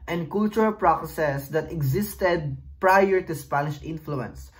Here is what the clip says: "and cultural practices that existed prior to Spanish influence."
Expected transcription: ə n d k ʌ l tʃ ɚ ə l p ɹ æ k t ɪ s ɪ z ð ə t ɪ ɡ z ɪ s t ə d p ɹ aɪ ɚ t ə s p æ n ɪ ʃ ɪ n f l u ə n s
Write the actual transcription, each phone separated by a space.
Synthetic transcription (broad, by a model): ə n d k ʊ l tʃ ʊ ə l p ɹ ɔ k s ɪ s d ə t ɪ ɡ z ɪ s t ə d p ɹ aɪ ɚ t ə s p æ n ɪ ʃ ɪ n f l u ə n s